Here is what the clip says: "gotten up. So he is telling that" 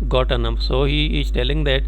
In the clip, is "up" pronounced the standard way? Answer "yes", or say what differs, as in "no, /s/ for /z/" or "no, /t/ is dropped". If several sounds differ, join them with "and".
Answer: no, /f/ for /p/